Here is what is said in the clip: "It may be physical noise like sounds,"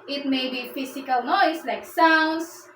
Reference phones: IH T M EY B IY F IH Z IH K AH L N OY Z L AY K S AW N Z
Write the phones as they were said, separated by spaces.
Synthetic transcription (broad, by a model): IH T M EY B IY F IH S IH K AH L N OY S L AY K S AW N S